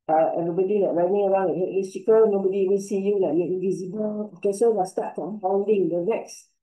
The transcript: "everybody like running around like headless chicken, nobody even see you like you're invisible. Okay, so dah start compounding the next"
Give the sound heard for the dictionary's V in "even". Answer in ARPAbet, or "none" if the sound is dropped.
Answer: W